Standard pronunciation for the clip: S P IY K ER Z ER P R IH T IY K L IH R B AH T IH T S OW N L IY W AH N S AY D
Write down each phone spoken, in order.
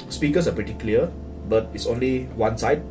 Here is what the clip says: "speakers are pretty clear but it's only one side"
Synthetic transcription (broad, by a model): S P IY K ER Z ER P R IH T IY K L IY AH B AH T IH T S OW N L IY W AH N S AY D